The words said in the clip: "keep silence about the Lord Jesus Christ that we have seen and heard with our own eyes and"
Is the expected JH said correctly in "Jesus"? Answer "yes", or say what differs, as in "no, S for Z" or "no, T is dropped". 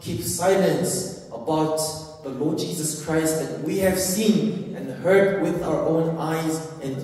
yes